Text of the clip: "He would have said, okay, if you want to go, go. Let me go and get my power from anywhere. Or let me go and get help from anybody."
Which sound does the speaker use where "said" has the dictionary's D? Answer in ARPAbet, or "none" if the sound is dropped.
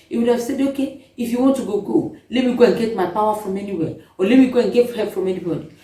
D